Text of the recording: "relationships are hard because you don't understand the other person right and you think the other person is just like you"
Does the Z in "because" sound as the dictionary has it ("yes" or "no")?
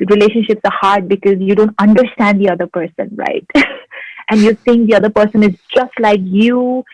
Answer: yes